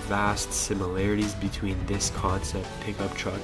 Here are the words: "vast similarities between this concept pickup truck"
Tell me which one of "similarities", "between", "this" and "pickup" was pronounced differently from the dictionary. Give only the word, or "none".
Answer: none